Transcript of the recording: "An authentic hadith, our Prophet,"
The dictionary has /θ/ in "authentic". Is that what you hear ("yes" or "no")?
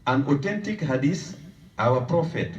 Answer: no